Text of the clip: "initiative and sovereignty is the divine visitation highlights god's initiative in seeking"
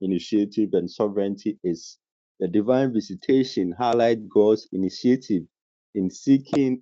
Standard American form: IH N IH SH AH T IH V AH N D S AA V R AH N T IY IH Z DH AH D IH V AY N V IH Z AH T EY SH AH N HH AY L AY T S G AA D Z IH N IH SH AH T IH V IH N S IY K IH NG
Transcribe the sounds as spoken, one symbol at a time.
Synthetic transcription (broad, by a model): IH N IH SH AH T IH V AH N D S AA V R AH N T IY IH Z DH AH D IH V AY N V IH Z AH T EY SH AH N HH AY L AY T G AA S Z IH N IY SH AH T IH V IH N S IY K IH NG